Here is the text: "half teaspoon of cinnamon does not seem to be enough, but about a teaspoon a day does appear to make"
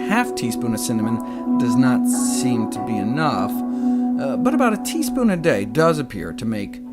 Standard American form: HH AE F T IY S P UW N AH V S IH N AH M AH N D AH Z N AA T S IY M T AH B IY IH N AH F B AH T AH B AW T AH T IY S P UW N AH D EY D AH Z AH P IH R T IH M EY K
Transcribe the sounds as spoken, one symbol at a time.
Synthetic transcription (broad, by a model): HH AE F T IY S P UW N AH S IH N AH M AH N D AH Z N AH T S IY M T AH B IY IH N AH F B AH T AH B AW T AH T IY S P UW N AH D EY D AH Z AH P IH R T IH M EY K